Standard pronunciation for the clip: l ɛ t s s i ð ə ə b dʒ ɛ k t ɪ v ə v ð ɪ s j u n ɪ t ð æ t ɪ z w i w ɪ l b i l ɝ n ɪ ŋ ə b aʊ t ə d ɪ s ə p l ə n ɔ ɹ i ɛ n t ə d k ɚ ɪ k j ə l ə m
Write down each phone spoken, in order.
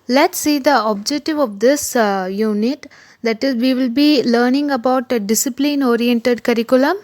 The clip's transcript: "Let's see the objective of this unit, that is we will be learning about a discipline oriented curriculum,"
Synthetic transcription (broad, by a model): l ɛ t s s i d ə ə b dʒ ɛ k t ɪ v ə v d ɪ s j u n ɪ t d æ t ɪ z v i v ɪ l b i l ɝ n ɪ ŋ ə b aʊ t ə d ɪ s ə p l ə n ɔ ɹ i ɛ n t ə d k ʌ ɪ k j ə l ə m